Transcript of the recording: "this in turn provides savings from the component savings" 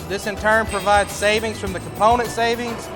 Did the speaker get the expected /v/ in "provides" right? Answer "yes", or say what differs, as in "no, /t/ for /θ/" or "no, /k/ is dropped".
yes